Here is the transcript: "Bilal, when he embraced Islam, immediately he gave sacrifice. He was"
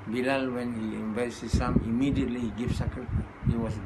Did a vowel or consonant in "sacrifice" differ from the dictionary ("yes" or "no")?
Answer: yes